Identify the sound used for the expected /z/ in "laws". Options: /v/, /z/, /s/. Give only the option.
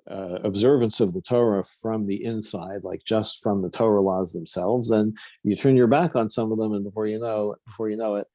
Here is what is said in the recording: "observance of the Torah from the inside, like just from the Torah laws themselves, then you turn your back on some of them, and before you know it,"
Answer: /z/